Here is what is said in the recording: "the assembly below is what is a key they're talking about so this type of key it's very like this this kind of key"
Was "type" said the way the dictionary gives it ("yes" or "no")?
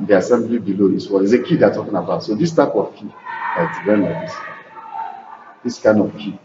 yes